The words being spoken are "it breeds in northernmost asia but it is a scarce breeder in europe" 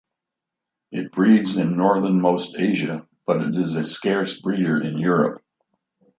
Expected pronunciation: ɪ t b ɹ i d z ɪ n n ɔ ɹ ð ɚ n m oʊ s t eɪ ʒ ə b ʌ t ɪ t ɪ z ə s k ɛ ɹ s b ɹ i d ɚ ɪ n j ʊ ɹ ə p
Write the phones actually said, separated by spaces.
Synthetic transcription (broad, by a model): ɪ t b ɹ i d z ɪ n n ɔ ɹ ð ɚ n m oʊ s t eɪ ʒ ə b ʌ t ɪ t ɪ z ə s k ɛ ɹ s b ɹ i d ɚ ɪ n j ʊ ɹ ə p